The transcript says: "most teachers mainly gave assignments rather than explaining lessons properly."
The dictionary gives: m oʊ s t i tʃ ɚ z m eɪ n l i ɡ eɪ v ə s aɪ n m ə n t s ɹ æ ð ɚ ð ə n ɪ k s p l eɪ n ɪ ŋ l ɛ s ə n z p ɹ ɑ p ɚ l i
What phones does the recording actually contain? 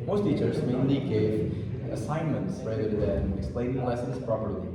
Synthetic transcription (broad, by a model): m oʊ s t i tʃ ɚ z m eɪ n i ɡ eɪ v ə s aɪ n m ə n t s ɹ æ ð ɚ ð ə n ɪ k s p l eɪ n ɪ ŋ l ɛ s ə n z p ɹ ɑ p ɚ l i